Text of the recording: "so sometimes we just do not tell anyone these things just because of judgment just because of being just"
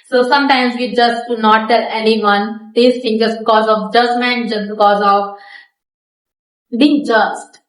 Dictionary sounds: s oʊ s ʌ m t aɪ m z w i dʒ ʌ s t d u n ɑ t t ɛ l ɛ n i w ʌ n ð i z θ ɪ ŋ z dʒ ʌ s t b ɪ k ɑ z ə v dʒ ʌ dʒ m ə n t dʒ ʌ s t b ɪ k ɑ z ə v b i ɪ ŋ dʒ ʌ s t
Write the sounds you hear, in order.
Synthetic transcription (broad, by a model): s oʊ s ʌ m t aɪ m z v i dʒ ʌ s t d u n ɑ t t ɛ l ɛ n i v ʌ n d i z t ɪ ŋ dʒ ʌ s b ɪ k ɑ z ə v dʒ ʌ dʒ m ə n t dʒ ʌ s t b ɪ k ɑ z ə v b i ŋ dʒ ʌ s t